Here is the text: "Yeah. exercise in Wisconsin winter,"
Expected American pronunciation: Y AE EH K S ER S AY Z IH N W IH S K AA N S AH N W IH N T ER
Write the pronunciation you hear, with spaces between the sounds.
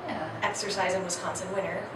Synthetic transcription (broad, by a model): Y EH K S ER S AY Z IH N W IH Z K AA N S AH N W IH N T ER